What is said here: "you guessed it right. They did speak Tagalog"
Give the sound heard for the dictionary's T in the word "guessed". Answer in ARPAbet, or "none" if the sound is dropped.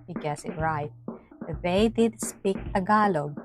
none